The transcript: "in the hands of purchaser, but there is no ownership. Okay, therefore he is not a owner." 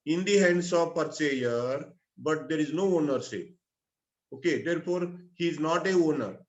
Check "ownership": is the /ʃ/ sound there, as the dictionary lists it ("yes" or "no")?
no